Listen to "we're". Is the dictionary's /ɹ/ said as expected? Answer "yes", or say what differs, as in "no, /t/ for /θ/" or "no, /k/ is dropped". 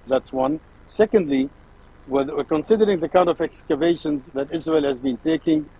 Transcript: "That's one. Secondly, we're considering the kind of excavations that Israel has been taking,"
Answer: no, /w/ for /ɹ/